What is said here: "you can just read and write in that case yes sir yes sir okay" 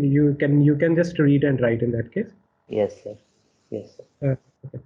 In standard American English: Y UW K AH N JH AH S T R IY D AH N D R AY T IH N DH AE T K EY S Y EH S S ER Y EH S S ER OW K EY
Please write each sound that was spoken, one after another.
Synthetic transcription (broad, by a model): Y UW K AH N JH AH S T R IY D AH N D R AY T IH N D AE T K EY S Y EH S S ER Y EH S S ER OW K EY